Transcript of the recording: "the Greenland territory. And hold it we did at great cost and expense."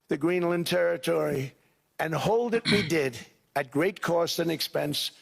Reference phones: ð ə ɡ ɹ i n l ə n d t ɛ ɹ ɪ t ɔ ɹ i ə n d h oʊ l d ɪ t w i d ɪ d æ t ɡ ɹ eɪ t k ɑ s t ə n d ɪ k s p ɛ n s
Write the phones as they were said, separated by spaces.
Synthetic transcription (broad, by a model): ð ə ɡ ɹ i n l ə n t ɛ ɹ ɪ t ɔ ɹ i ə n h oʊ l d ɪ t w i d ɪ d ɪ t ɡ ɹ eɪ t k ɑ s t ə n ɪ k s p ɛ n s